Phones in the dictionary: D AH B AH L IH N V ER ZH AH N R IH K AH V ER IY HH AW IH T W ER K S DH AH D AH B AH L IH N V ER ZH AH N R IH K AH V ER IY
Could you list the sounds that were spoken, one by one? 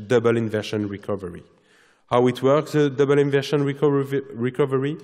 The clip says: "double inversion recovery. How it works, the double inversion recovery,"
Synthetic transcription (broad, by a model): D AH B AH L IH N V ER SH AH N R IH K AH V ER IY HH AW IH T W ER K S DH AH D AH B AH L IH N V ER SH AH N R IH K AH V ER IY